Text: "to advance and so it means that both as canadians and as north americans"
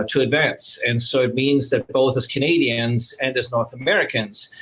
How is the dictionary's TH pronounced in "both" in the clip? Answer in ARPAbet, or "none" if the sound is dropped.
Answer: TH